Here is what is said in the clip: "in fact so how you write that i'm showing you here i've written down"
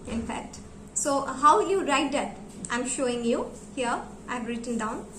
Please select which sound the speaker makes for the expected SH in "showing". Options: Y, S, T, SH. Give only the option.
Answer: SH